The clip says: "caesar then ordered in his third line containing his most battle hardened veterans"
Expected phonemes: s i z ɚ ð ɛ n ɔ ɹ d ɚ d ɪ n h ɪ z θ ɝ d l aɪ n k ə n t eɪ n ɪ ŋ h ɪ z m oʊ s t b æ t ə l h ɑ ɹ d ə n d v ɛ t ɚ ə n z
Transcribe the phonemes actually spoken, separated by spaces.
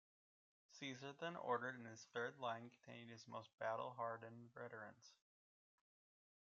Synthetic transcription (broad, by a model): s i z ɚ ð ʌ n ɔ ɹ d ɚ d ɪ n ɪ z θ ɝ d l aɪ n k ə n t eɪ ɪ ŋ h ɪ z m oʊ s t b æ t l h ɑ ɹ d n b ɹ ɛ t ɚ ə n s